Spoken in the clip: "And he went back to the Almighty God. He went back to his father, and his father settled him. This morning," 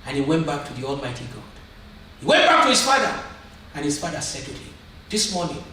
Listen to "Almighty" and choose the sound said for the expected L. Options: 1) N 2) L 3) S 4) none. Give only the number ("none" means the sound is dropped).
2